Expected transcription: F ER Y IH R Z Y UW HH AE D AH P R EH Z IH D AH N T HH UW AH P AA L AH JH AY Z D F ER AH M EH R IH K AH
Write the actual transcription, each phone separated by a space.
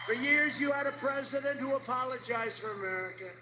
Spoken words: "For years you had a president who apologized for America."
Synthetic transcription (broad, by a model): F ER Y IH R Z Y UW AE D AH P R EH Z IH D AH N T HH UW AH P AA L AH JH AY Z F ER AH M EH R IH K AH